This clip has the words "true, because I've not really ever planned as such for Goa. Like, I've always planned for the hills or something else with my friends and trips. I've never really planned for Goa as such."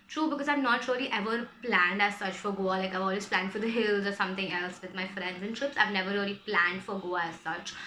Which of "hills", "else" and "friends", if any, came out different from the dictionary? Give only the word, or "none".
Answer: none